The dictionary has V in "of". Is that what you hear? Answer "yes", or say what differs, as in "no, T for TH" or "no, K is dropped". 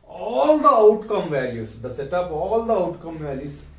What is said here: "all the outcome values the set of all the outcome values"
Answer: no, P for V